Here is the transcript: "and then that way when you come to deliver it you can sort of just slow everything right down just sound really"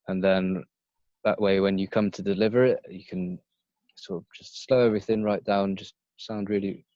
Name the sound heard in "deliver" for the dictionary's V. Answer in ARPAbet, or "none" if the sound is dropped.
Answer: V